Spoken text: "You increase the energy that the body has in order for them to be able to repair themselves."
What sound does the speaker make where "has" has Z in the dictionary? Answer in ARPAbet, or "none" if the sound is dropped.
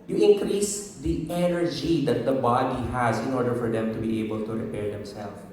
Z